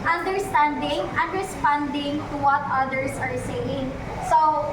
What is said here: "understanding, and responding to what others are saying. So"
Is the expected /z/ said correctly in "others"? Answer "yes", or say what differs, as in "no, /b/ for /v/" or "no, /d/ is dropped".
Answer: no, /s/ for /z/